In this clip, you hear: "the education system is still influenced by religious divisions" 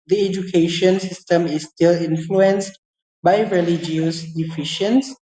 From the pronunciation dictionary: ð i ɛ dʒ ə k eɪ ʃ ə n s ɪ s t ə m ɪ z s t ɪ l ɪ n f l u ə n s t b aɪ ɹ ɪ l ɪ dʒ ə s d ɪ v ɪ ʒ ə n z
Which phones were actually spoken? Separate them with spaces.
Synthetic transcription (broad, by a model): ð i ɛ dʒ ə k eɪ ʃ ə n s ɪ s t ə m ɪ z s t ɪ l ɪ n f l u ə n s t b aɪ ɹ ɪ l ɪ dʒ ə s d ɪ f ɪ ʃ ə n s